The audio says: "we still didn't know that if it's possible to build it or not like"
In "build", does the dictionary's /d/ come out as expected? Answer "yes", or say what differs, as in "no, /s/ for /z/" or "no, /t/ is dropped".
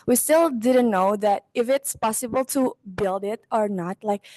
yes